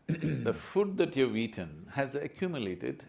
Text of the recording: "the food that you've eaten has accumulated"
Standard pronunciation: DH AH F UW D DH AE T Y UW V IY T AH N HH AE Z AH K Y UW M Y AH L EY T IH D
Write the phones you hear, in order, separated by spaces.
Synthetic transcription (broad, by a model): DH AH F UW D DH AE T Y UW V IY T AH N HH AE Z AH K Y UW M Y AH L EY T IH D